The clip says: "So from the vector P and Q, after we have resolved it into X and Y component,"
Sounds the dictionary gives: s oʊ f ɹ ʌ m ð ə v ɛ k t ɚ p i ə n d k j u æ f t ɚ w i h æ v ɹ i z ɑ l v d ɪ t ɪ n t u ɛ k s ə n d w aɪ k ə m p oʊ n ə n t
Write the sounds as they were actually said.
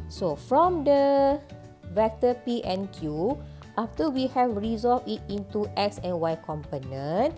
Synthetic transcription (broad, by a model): s oʊ f ɹ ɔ m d ə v ɛ k t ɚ p i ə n k j u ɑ f t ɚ w i h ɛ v ɹ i z ɑ l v ɪ t ɪ n t u ɛ k s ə n w aɪ k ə m p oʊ n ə n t